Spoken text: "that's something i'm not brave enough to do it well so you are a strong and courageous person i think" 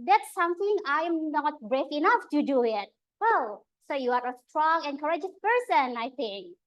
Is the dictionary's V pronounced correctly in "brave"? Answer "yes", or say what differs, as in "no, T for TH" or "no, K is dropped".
no, F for V